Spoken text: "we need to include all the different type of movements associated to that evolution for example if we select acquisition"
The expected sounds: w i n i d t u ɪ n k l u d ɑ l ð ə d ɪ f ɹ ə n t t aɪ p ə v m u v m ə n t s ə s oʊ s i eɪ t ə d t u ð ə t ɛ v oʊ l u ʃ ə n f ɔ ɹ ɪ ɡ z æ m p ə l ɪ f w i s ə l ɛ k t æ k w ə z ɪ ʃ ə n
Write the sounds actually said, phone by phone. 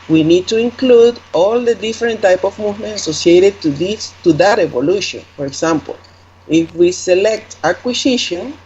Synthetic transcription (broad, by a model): w i n i d t u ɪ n k l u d ɑ l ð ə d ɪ f ɹ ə n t t aɪ p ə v m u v m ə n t ə s oʊ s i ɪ t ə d t u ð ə t ɛ v oʊ l u ʃ ə n f ɔ ɹ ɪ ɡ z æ m p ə l ɪ f w i s ə l ɛ k t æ k w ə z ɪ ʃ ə n